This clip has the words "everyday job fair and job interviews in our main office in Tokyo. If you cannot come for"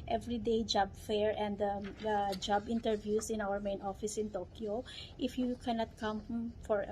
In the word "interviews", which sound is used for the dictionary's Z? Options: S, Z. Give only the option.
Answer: S